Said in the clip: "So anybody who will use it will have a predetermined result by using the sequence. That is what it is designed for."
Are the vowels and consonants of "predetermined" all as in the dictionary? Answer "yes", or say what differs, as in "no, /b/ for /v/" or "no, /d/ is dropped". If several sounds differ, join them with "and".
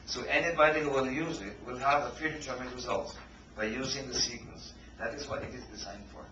no, /f/ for /p/